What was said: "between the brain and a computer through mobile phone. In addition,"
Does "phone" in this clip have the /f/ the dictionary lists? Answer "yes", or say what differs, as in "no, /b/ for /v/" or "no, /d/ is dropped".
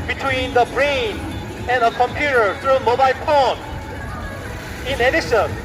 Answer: no, /p/ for /f/